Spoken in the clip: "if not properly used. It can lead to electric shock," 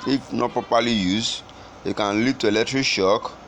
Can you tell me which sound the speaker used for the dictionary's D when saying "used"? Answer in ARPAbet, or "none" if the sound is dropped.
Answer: none